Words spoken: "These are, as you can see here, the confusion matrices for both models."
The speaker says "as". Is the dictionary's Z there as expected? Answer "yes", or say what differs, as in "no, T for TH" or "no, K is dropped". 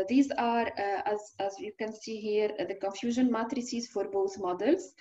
yes